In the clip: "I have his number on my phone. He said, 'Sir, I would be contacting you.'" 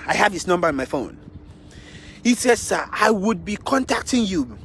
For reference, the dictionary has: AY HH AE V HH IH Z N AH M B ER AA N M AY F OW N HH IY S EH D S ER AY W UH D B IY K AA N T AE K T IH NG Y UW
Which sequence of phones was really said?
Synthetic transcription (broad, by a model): AY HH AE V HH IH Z N AH M B ER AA N M AY F OW N HH IY S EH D S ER AY W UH D B IY K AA N T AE K T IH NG Y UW